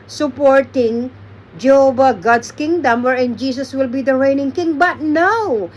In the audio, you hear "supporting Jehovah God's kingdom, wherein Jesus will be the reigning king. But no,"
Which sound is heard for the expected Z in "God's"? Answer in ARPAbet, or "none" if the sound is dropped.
S